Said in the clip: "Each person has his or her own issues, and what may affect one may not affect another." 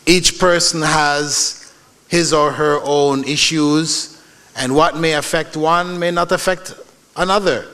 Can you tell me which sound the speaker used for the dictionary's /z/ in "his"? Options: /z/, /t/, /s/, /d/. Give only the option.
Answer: /z/